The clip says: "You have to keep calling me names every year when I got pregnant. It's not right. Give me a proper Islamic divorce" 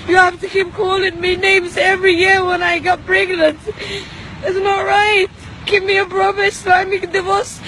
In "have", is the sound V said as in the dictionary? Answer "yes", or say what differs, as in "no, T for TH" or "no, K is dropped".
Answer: no, F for V